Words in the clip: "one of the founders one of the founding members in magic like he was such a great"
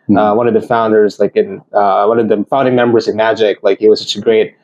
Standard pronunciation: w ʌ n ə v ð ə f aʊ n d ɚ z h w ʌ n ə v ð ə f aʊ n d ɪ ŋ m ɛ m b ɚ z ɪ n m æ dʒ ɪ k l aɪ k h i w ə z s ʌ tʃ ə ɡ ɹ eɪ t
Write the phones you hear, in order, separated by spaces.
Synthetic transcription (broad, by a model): w ʌ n ə v ð ə f aʊ n d ɚ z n w ʌ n ə v ð ə f aʊ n d ɪ ŋ m ɛ m b ɚ z ɪ n m æ dʒ ɪ k l aɪ k h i w ə z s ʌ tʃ ə ɡ ɹ eɪ t